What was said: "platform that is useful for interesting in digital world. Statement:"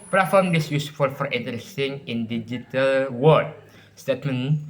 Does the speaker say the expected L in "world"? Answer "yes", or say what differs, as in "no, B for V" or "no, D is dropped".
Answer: no, L is dropped